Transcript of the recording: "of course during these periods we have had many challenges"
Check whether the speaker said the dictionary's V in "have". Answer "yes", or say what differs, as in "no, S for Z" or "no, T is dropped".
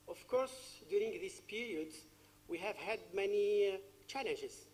yes